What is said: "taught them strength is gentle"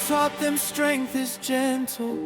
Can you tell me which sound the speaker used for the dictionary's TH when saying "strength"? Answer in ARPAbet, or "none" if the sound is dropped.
TH